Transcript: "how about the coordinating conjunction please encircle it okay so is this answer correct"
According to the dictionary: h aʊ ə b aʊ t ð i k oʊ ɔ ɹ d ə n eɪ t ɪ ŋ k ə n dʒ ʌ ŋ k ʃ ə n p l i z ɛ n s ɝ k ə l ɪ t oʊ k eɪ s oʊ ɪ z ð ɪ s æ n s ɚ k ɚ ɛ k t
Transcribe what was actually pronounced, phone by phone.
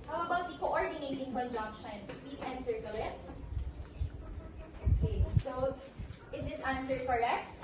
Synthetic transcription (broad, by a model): h aʊ ə b aʊ t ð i k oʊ ɔ ɹ d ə n eɪ t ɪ ŋ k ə n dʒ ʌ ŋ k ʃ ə n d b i s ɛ n s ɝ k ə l ɪ t oʊ k eɪ s oʊ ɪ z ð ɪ s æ n s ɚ k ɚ ɛ k t